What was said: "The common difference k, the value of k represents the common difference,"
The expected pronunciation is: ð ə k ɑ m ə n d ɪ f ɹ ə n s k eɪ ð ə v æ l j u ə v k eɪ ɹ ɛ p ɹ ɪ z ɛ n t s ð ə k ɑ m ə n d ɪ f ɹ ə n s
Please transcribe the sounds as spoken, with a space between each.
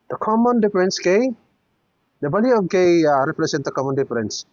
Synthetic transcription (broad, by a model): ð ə k ɑ m ə n d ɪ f ɹ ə n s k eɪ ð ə b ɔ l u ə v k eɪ ɹ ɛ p ɹ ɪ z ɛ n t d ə k ɑ m ə n d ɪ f ɹ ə n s